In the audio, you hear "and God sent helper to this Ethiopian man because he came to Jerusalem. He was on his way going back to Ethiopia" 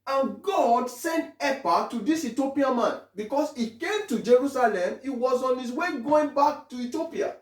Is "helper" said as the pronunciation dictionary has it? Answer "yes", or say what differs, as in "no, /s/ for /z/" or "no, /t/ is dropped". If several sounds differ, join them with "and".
no, /l/ is dropped